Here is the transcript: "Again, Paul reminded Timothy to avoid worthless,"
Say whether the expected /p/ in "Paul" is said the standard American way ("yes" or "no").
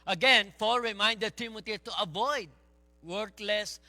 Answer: no